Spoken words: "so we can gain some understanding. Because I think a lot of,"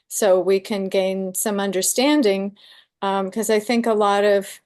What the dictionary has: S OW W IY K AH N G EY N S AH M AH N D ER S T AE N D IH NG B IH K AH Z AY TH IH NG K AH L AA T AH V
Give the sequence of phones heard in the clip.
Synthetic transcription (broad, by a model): S OW W IY K AH N G EY N S AH M AH N D ER S T AE N D IH NG K AH Z AY TH IH NG K AH L AA T AH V